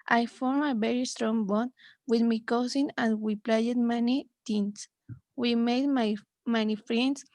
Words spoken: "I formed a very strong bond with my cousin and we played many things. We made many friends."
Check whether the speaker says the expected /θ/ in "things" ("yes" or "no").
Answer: no